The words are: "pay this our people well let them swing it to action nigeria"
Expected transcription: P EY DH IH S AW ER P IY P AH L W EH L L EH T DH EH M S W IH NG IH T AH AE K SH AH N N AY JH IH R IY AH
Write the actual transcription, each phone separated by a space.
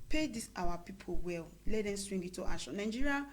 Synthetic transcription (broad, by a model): P EY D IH S AW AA P IY P AH L W EH L L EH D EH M S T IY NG IH T AH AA SH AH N N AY JH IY R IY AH